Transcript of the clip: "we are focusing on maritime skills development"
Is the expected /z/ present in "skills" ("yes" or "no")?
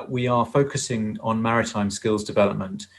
yes